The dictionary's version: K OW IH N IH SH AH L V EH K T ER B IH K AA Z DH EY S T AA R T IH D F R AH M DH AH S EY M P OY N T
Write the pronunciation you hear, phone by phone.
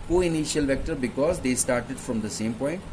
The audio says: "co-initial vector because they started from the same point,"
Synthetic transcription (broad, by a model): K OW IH N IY SH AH L V EH K T ER B IH K AA Z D EY S T AA R T IH D F R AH M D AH S EY M P OY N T